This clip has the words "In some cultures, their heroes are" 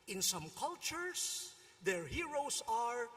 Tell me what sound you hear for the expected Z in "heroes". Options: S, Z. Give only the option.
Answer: S